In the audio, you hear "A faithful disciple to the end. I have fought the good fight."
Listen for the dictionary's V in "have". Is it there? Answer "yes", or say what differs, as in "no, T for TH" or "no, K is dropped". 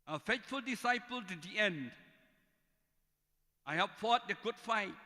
no, P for V